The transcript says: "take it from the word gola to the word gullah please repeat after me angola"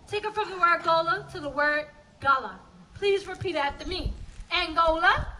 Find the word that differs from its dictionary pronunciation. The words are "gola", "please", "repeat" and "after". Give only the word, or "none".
after